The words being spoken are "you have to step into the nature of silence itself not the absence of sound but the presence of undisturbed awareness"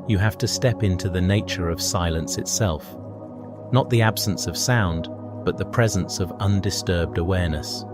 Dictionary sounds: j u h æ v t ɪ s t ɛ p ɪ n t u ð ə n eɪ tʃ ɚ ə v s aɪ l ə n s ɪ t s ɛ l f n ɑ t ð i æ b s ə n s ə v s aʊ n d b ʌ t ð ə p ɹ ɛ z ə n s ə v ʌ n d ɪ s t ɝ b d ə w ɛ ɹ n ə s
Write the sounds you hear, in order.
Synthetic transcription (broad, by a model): j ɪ h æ f t ɪ s t ɛ p ɪ n t u ð ə n eɪ tʃ ɚ ə v s aɪ l ə n s ɪ t s ɛ l f n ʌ t ð i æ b s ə n s ə v s aʊ n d b ʌ t ð ə p ɹ ɛ z ə n s ə v ʌ n d ɪ s t ɝ b d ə w ɛ ɹ n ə s